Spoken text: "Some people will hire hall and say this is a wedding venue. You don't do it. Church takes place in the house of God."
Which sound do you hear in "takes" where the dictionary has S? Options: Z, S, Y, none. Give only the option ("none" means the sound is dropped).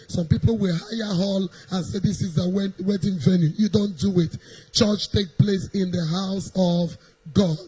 none